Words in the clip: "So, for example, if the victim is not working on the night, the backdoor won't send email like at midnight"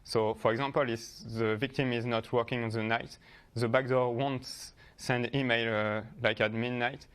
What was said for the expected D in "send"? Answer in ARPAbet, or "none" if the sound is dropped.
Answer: D